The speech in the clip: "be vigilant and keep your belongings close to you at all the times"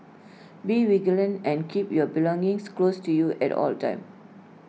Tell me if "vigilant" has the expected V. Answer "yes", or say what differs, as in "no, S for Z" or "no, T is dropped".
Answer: no, W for V